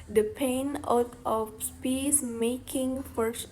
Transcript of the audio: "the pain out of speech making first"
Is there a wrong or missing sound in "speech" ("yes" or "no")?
yes